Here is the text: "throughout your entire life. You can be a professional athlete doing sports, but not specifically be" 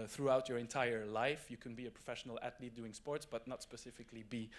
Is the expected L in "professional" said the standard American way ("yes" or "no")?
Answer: yes